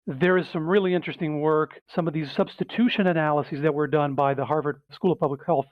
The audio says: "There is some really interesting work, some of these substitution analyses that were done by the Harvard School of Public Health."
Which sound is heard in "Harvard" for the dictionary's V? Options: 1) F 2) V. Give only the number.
2